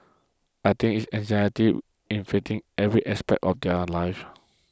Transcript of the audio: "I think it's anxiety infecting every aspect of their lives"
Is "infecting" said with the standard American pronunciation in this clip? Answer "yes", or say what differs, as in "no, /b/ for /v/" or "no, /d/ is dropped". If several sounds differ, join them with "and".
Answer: no, /k/ is dropped